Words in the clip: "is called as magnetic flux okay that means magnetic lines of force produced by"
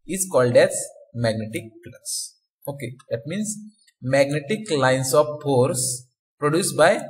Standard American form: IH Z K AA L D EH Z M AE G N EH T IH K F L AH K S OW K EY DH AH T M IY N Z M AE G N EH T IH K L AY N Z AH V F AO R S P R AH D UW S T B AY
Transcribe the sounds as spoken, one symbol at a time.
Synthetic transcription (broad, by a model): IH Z K AA L D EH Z M AE G N EH T IH K P L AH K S OW K EY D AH T M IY N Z M AE G N EH T IH K L AY N S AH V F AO R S P R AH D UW S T B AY